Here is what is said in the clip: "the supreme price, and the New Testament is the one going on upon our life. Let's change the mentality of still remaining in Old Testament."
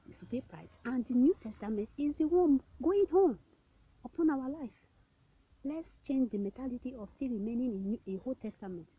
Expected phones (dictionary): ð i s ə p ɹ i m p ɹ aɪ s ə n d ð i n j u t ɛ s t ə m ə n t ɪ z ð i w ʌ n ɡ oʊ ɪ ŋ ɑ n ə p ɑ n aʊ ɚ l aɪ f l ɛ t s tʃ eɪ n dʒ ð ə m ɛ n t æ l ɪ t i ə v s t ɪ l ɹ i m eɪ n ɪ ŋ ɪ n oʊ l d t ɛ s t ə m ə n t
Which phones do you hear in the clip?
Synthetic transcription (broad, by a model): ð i s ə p i p ɹ aɪ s ə n d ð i n j u t ɛ s t ə m ə n t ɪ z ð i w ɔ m ɡ oʊ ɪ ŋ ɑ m ə p ɑ n aʊ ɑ l aɪ f l ɛ t s tʃ eɪ n dʒ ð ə m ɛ n t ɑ l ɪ t i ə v s t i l ɹ i m eɪ n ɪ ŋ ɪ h oʊ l t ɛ s t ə m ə n t